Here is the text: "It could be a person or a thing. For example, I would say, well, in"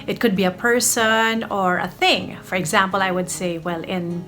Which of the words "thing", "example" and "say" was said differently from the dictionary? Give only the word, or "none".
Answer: none